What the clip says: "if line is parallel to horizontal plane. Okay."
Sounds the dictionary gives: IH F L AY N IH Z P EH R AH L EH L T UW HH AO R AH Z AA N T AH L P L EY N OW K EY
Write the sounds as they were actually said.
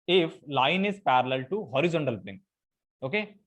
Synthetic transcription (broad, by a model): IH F L AY N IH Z P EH R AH L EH L T UW HH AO R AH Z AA N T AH L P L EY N OW K EY